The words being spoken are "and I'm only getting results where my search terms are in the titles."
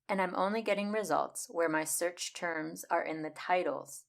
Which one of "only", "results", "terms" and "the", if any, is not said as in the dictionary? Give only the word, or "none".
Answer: none